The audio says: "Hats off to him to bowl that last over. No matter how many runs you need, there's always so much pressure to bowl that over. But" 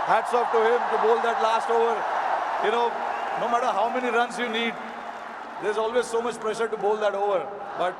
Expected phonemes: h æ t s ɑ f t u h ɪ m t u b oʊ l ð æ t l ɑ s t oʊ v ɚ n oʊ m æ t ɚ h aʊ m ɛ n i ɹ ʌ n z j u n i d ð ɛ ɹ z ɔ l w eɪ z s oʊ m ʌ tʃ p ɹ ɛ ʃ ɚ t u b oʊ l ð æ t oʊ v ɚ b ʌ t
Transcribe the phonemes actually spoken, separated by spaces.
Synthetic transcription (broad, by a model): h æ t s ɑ p t u h ɪ m t u b oʊ l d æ t l ɑ s t oʊ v ɚ n oʊ m æ t ɚ h aʊ m ɛ n i ɹ ʌ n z j u n i d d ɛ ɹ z ɔ l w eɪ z s oʊ m ʌ tʃ p ɹ ɛ ʃ ɚ t u b oʊ l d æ t oʊ v ɚ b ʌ t